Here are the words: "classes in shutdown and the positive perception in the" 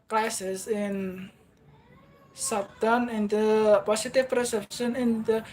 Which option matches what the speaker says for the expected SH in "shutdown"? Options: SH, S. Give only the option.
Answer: S